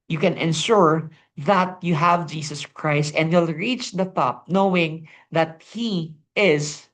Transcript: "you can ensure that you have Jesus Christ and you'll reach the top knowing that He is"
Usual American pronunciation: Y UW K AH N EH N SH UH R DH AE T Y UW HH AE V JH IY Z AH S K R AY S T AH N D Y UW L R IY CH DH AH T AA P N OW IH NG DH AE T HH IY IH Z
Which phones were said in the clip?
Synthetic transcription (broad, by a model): Y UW K AH N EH N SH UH R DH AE T Y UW HH AE V JH IY S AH S K R AY S T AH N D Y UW L R IY CH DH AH T AA P N OW IH NG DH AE T HH IY IH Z